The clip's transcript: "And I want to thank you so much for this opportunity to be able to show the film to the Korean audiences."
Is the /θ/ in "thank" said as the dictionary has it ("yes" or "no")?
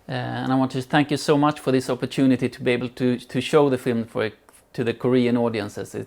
yes